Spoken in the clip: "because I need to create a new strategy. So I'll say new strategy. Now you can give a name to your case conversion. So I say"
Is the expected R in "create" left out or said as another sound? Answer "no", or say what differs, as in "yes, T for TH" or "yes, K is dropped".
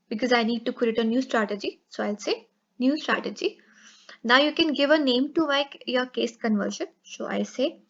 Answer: yes, R is dropped